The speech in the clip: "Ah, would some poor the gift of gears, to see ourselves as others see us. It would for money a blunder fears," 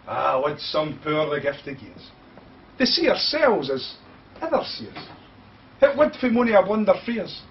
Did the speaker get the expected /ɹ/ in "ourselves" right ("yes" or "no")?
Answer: yes